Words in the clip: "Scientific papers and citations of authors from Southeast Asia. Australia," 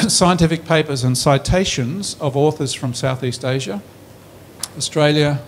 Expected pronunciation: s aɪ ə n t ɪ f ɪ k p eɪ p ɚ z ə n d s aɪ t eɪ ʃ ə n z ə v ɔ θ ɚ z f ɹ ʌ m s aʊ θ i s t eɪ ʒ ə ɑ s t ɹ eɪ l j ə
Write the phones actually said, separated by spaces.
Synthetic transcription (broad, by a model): s aɪ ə n t ɪ f ɪ k p eɪ p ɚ z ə n s aɪ t eɪ ʃ ə n z ə v ɔ θ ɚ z f ɹ ʌ m s aʊ θ i s t eɪ ʒ ə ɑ s t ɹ eɪ l j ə